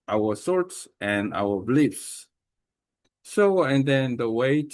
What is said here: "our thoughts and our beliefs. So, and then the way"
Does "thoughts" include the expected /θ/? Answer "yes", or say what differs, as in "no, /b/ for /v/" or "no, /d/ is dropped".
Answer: no, /s/ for /θ/